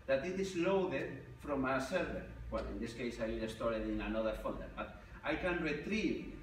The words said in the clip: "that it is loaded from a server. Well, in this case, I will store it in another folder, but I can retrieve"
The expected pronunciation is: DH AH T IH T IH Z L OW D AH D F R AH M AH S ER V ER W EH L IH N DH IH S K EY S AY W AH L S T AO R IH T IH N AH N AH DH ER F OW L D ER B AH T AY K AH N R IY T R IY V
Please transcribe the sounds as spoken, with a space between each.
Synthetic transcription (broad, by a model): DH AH T IH T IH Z L OW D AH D F R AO M AH S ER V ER W EH L IH N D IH S K EY S AY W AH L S T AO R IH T IH N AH N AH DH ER F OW N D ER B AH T AY K AH N R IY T R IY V